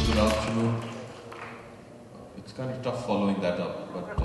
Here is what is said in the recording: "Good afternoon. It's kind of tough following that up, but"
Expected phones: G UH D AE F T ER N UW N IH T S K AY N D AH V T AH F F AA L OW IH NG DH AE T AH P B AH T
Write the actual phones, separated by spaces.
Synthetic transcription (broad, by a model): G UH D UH P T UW IH T S K AY N D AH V T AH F F AA L OW IH NG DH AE T AH P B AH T